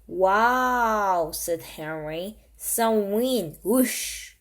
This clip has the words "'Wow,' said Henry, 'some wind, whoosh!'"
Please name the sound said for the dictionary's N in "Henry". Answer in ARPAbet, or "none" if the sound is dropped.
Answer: N